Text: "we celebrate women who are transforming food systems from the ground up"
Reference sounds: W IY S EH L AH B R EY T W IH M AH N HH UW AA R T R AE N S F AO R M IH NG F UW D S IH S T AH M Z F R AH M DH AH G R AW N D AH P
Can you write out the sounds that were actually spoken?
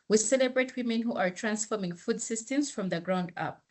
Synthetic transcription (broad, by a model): W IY S EH L AH B R EY T W IH M AH N HH UW AA R T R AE N S F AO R M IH NG F UW D S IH S T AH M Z F R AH M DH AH G R AW N D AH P